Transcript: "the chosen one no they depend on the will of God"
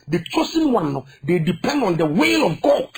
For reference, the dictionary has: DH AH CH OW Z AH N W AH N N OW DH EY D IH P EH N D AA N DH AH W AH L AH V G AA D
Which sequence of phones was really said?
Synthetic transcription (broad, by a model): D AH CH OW S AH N W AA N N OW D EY D IH P EH N D AA N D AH W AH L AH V G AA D